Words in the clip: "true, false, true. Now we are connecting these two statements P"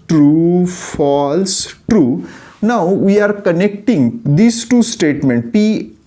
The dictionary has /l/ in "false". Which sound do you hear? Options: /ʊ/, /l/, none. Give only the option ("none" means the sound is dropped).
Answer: /l/